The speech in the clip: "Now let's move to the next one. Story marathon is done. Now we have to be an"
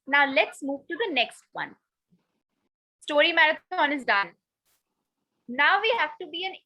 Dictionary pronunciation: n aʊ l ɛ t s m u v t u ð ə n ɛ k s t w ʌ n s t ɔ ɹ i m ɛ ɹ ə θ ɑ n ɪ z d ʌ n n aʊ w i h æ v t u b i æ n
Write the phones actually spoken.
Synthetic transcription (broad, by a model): n aʊ l ɛ t s m u v t u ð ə n ɛ k s t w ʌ n s t ɔ ɹ i m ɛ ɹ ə t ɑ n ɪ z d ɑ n n aʊ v i h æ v t u b i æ n